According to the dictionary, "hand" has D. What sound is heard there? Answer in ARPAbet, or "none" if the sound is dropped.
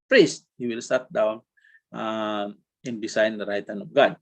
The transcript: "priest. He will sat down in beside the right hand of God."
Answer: none